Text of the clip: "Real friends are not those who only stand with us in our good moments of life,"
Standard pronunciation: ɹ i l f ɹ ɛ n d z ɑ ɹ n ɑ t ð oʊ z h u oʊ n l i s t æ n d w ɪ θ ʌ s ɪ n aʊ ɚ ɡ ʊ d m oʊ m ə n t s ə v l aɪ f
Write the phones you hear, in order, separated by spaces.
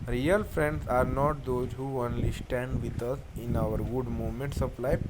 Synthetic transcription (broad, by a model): ɹ i l f ɹ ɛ n d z ɑ ɹ n ɑ t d oʊ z h u oʊ n l i s t æ n d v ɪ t ʌ s ɪ n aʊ ɚ ɡ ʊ d m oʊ m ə n t s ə p l aɪ